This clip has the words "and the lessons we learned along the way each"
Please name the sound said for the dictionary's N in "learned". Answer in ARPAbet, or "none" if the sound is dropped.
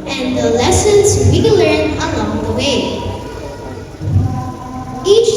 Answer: none